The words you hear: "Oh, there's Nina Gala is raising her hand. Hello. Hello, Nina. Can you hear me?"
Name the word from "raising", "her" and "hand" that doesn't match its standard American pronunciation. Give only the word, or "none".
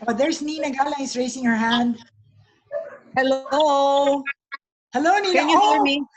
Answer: raising